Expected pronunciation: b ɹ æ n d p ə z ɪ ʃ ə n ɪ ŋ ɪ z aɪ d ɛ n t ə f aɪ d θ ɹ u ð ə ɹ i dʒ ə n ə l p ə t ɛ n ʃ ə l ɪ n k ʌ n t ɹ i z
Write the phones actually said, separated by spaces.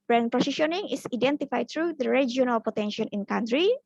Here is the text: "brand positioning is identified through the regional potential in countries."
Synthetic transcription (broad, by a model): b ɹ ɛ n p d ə s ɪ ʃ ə n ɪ ŋ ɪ s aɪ d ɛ n t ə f aɪ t ɹ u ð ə ɹ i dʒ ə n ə l p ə t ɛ n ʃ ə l ɪ n k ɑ n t ɹ i